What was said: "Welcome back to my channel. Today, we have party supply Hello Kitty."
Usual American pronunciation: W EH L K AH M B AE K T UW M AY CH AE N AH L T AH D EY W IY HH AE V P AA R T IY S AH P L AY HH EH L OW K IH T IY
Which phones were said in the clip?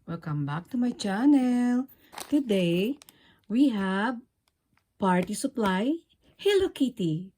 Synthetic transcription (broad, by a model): W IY L K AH M B AE K T UW M AY CH AE N AH L T AH D EY W IY HH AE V P AA R T IY S AH P L AY HH EH L OW K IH T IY